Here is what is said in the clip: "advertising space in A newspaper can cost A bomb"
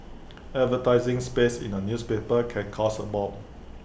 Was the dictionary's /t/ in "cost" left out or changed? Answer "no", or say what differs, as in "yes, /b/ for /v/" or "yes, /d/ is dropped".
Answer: yes, /t/ is dropped